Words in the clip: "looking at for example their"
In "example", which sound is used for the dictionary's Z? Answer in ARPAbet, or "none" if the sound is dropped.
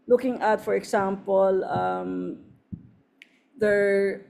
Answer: S